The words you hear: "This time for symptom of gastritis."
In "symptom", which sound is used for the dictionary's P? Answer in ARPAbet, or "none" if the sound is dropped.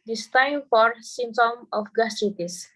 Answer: none